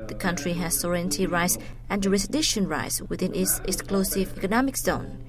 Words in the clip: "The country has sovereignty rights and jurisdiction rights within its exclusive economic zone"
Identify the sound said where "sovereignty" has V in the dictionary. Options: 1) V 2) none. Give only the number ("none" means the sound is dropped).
2